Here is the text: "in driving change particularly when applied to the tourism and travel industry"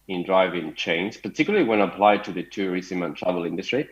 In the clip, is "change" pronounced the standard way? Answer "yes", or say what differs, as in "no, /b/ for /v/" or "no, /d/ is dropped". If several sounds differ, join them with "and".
no, /z/ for /dʒ/